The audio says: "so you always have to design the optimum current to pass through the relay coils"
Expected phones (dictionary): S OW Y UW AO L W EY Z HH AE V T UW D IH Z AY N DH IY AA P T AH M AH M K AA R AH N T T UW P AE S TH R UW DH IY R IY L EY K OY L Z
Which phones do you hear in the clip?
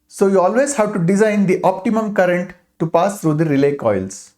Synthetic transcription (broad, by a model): S OW Y UW AO L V EY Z HH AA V T UW D IH Z AY N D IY AA P T AH M AH M K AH R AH N T T UW P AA S T R UW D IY R IY L EY K OY L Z